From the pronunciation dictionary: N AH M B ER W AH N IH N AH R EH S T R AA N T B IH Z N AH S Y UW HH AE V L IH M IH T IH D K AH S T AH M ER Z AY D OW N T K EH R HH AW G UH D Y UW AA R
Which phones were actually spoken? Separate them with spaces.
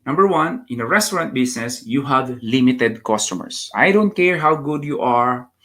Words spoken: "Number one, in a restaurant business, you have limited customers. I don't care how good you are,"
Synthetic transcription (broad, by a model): N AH M B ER W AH N IH N AH R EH S T R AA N T B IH S N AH S Y UW HH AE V L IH M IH T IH D K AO S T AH M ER S AY D OW N T K EH R HH AW G UH D Y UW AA R